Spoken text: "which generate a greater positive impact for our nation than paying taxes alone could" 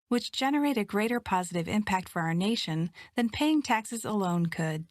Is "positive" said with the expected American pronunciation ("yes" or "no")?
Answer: yes